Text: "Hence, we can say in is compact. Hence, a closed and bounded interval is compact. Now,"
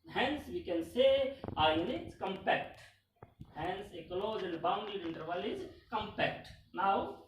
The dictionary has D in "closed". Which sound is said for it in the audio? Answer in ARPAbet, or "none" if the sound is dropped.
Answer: none